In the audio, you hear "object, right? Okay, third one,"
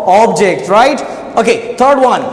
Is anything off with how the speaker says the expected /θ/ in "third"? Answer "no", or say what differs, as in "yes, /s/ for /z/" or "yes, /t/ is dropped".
yes, /t/ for /θ/